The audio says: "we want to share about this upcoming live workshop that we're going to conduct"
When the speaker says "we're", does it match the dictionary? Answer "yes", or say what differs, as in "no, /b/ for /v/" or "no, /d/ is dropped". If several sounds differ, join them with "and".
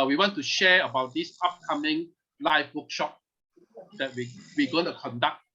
no, /w/ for /ɹ/